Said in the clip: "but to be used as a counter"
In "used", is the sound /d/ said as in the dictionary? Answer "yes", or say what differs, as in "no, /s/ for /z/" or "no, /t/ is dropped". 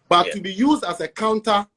yes